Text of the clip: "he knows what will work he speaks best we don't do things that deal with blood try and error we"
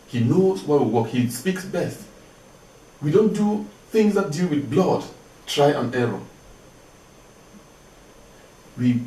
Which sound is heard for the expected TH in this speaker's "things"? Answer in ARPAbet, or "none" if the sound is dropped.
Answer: TH